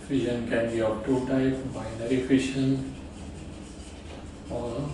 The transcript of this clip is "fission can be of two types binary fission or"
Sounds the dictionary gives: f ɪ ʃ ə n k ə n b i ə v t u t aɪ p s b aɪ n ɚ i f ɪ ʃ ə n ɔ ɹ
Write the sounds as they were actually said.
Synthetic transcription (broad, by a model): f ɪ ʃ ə n k ə n b i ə p t u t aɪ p b aɪ n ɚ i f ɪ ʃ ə n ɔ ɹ